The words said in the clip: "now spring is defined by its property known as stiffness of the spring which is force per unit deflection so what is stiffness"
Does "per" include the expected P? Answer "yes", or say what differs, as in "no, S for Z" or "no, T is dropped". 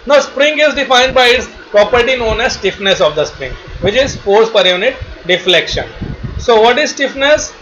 yes